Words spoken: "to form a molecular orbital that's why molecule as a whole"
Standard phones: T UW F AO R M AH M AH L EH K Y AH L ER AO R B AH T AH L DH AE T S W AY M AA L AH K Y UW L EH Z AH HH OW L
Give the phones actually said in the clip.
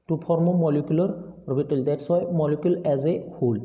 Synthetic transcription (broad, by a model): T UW P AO R M AH M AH L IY K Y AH L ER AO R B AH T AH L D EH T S W AY M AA L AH K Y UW L EH Z AH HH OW L